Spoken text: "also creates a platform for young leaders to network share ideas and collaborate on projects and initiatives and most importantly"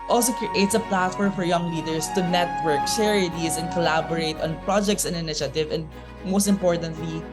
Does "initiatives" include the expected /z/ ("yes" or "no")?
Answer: no